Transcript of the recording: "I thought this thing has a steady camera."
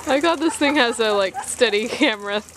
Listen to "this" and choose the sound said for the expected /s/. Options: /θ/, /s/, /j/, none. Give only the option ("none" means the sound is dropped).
/s/